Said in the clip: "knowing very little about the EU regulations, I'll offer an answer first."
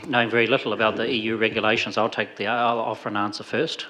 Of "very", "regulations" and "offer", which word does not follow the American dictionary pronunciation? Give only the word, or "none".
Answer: none